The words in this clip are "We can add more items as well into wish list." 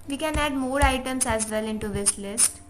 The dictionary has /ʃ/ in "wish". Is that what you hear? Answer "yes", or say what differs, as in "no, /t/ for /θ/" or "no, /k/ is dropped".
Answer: no, /s/ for /ʃ/